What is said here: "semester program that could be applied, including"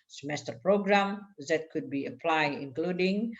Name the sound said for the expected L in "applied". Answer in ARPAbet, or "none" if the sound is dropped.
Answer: L